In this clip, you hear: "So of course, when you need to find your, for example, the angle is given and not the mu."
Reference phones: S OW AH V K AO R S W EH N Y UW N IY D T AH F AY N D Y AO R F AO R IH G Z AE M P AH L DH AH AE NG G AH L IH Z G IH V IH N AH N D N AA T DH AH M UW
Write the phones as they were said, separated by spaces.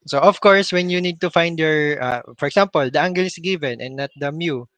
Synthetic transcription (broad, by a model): S OW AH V K AO R S W EH N Y UW N IY D T AH F AY N D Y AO R F AO R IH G S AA M P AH L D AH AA NG G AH L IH S G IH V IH N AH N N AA T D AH M UW